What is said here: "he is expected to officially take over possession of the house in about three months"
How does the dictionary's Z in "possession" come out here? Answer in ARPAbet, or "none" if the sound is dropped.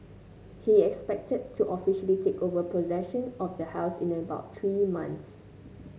Z